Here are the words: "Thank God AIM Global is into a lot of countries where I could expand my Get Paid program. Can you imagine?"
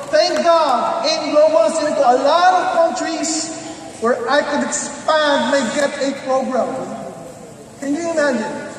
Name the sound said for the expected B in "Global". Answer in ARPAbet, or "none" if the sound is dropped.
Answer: none